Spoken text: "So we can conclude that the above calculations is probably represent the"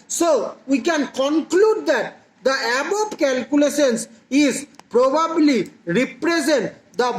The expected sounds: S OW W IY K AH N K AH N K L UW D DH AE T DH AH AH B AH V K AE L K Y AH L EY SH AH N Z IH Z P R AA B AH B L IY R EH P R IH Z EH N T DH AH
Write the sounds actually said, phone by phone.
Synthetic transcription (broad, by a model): S OW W IY K AH N K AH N K L UW D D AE T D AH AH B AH P K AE L K Y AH L EY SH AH N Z IH Z P R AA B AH B L IY R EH P R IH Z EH N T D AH